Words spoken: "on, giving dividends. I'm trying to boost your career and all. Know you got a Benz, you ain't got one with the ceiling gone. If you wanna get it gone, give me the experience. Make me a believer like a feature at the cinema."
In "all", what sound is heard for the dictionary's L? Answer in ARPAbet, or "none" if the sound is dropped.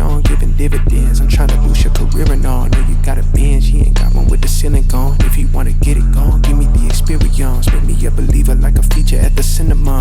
N